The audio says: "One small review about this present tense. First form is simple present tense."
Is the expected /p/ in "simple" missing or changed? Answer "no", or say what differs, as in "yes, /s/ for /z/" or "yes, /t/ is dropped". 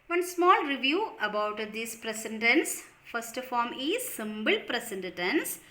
yes, /b/ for /p/